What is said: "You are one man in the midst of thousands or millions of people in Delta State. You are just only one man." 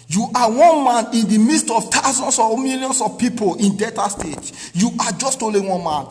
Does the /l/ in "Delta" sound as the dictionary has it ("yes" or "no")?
no